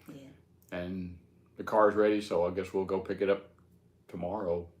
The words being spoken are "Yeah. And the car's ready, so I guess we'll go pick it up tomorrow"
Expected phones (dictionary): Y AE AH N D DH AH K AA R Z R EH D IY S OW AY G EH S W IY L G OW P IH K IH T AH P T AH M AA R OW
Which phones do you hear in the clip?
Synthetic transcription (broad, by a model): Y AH N DH AH K AA R Z R EH D IY S OW AY G EH S W IY L G OW P IH K IH T AH P T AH M AA R OW